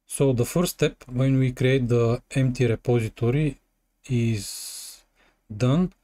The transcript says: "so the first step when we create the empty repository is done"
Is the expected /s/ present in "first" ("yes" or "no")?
no